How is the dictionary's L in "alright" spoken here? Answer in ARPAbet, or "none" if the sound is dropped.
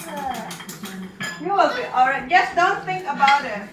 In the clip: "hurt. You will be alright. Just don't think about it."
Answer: L